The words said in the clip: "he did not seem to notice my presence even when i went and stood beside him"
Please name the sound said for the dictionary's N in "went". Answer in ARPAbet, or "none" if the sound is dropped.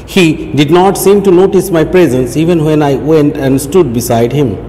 N